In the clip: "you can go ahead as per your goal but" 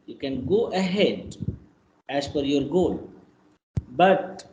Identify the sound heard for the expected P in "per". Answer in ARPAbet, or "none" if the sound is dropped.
F